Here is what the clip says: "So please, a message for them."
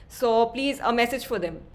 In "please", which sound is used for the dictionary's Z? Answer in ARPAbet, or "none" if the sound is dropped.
Z